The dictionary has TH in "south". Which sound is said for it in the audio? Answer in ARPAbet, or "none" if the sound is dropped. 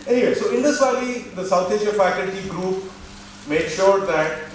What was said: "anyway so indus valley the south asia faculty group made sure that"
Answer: T